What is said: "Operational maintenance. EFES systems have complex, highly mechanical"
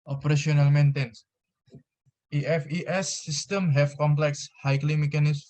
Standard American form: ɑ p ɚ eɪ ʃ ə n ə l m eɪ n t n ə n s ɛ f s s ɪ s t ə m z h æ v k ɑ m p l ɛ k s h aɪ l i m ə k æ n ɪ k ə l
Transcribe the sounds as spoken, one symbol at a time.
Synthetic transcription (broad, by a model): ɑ p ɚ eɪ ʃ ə n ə l m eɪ n t ə n s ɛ f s s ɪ s t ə m h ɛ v k ɑ m p l ɛ k s h aɪ l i m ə k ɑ n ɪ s